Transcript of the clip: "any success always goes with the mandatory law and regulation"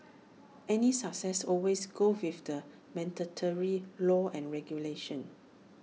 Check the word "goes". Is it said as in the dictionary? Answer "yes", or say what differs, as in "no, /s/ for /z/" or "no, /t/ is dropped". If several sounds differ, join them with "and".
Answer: no, /z/ is dropped